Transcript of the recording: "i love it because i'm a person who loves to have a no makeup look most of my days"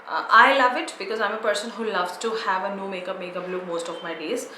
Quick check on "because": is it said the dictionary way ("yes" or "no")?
yes